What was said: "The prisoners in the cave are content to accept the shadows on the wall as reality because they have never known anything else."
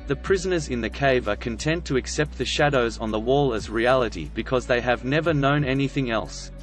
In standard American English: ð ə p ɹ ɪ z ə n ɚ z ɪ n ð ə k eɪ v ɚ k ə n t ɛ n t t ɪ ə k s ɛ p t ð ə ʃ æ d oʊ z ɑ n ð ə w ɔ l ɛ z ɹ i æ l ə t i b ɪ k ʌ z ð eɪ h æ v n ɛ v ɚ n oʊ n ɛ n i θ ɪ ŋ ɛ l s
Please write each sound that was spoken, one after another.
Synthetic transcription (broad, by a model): ð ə p ɹ ɪ z ə n ɚ z ɪ n ð ə k eɪ v ɚ k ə n t ɛ n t t ɪ ə k s ɛ p t ð ə ʃ æ d oʊ z n ð ə w ɔ l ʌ z ɹ i æ l ə t i b ɪ k ʌ z ð eɪ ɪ v n ɛ v ɚ n oʊ n ɛ n i θ ɪ ŋ ɛ l s